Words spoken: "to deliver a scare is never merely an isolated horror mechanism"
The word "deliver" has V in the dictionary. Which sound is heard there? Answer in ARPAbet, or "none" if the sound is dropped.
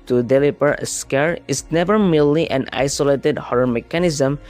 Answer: P